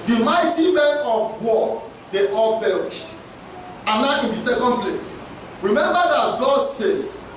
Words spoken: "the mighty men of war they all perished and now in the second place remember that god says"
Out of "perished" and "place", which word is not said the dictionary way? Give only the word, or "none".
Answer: perished